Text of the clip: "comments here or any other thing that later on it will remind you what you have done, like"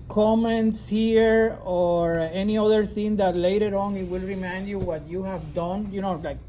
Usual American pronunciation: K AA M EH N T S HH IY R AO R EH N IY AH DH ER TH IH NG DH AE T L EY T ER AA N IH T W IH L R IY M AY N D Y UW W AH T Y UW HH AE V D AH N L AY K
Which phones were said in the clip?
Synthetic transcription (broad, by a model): K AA M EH N T S HH IY R AO R EH N IY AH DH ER S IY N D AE T L EY T ER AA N IH T W IH L R IY M AY N D Y UW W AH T Y UW HH AE V D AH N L AY K